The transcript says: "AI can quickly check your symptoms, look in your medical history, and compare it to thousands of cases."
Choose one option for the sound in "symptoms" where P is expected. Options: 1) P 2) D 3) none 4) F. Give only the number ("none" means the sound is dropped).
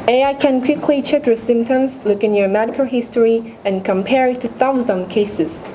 1